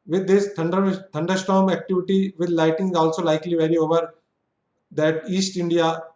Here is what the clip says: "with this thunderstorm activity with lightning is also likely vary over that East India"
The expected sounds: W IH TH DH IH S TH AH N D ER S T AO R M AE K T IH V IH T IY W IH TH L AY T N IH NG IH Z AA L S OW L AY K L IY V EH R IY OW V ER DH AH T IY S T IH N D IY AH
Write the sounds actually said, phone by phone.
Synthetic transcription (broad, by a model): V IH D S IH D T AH N D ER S T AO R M AE K T IH V IH T IY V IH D L AY T IH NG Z AA L S OW L AY K L IY V EH R IY OW V ER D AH T IY S T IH N D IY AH